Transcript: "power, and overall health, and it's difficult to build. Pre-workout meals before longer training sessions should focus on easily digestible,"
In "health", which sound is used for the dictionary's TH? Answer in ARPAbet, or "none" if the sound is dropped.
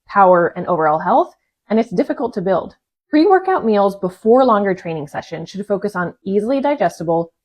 TH